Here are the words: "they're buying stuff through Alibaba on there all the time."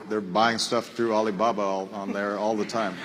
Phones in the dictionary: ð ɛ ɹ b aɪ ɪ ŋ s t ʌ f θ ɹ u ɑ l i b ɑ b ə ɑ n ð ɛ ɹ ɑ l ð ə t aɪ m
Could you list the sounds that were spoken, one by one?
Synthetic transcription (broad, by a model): ð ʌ ɹ b aɪ ɪ ŋ s t ʌ f θ ɹ u ɑ l i b ɑ b ə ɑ n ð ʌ ɹ ɑ l ð ə t aɪ m